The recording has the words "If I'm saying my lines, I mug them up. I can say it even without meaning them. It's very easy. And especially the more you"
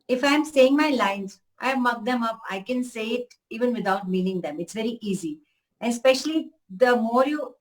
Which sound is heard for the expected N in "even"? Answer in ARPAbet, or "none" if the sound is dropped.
N